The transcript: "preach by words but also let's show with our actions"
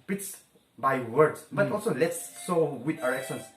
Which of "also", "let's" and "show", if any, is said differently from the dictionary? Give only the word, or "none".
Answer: show